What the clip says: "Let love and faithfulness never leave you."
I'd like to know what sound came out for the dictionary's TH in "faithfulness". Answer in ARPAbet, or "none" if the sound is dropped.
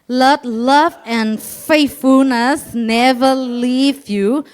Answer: T